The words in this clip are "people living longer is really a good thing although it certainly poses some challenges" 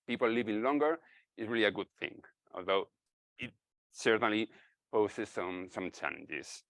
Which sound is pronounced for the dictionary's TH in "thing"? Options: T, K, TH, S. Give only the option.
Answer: TH